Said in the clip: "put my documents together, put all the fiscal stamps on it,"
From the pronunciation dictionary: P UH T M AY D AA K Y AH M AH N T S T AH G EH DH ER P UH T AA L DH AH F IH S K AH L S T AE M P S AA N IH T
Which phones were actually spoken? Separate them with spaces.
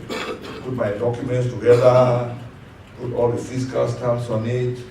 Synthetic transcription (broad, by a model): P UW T M AY D AA K Y AH M AH N T S T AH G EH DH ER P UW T AA L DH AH F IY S K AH L S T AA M S AA N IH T